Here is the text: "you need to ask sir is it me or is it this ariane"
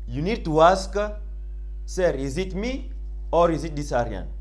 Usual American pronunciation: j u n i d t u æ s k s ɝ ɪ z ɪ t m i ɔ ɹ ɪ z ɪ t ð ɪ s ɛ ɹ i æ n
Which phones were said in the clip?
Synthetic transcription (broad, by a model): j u n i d t u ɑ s k s ɝ ɪ z ɪ t m i ɔ ɹ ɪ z ɪ t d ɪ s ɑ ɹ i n